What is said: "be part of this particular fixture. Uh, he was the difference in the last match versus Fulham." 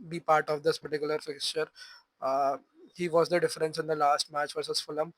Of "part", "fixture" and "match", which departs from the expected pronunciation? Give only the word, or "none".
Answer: none